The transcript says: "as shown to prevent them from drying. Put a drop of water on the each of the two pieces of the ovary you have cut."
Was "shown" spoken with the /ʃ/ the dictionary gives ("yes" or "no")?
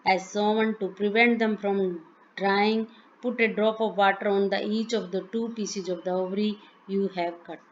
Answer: no